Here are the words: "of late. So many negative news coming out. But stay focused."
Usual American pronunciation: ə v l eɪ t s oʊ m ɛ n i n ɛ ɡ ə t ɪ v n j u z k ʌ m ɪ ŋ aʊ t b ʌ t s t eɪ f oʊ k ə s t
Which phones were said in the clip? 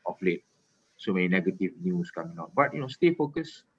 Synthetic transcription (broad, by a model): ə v l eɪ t s oʊ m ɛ i n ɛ ɡ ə t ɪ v n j u s k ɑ m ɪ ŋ aʊ t b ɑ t s t eɪ f oʊ k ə s